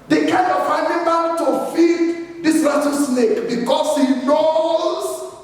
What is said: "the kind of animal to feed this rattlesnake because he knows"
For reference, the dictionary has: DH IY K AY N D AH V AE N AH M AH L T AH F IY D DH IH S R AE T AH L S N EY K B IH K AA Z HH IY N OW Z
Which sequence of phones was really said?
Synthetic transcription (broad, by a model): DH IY K AY N D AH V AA N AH M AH L T AH F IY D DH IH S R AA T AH S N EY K B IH K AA S HH IY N OW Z